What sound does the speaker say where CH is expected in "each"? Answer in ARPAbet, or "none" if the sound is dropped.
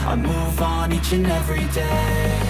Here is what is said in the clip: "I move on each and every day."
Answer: CH